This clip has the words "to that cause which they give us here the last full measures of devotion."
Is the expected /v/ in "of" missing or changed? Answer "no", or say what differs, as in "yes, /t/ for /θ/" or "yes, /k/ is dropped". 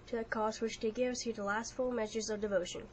no